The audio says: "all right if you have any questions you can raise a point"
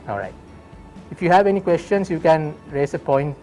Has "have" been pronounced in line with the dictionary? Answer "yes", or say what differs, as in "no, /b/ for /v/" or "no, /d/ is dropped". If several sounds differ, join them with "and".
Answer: yes